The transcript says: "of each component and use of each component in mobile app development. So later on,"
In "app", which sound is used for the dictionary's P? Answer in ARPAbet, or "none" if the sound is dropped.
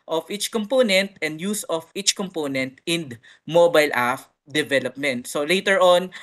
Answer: F